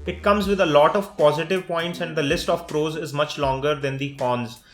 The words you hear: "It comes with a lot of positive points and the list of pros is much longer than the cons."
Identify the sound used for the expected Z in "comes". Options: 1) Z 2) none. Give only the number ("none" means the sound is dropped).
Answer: 1